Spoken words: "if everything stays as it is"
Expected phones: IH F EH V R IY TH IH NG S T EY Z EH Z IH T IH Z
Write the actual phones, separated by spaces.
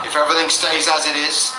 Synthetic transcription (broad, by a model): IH F EH V R IY TH IH NG S T EY Z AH Z IH T IH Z